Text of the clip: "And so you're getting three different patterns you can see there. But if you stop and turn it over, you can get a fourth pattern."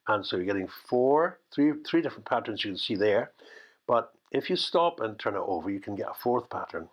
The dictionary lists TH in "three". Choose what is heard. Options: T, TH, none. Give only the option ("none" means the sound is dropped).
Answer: TH